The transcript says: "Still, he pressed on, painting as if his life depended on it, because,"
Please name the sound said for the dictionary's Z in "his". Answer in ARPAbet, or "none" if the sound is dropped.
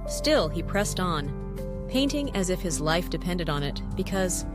Z